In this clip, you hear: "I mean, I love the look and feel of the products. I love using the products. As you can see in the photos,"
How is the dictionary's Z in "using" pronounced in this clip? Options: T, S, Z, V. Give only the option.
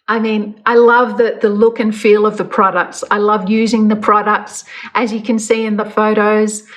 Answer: Z